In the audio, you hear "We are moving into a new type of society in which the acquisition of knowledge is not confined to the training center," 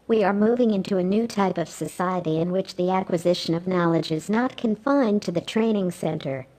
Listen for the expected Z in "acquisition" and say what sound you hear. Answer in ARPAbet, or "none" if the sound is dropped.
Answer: Z